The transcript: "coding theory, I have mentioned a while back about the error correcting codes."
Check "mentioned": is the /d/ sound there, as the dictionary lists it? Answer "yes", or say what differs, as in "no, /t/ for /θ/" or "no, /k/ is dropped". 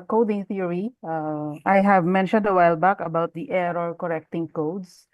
yes